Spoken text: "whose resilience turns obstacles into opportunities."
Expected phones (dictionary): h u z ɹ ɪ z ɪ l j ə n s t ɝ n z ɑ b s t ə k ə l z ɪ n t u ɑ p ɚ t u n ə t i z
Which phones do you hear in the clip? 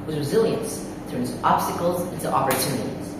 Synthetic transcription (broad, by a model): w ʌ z ɹ ɪ z ɪ l j ə n s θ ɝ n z ɑ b s t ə k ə l z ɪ n t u ɑ p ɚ t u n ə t i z